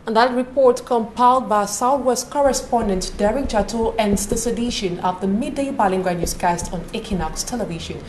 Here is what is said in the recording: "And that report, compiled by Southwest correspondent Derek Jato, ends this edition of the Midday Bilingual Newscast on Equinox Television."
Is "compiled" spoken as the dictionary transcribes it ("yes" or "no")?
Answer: yes